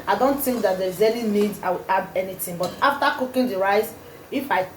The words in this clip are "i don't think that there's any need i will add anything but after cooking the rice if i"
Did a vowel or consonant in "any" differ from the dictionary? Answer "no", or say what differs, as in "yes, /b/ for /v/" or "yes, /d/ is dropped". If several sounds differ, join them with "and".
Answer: yes, /l/ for /n/